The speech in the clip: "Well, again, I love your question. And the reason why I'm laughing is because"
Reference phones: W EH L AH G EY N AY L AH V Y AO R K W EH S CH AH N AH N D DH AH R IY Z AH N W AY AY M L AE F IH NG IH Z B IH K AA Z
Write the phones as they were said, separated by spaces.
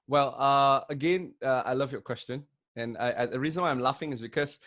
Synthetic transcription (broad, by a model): W EH L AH G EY N AY L AH V Y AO K W EH S CH AH N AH N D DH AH R IY Z AH N W AY AY M L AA F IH NG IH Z B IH K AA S